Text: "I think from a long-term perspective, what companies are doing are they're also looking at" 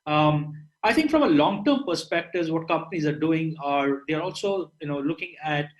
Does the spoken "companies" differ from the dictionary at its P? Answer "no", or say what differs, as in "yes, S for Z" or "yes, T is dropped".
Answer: no